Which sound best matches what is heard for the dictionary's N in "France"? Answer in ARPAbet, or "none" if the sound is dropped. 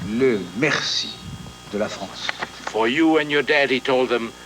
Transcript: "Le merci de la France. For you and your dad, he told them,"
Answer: none